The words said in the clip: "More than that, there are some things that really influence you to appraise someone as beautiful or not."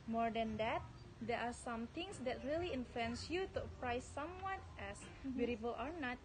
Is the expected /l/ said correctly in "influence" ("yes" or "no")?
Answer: no